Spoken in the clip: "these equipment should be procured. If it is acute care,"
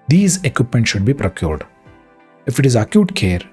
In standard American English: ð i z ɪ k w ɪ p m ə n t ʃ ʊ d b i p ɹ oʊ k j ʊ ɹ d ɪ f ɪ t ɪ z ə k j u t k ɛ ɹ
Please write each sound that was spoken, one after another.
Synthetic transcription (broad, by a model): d i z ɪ k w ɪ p m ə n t ʃ ʊ d b i p ɹ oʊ k j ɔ ɹ d ɪ f ɪ t ɪ z ə k j u t k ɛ ɹ